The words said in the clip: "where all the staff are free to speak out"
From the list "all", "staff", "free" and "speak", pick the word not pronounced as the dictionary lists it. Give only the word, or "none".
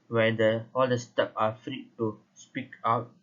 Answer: staff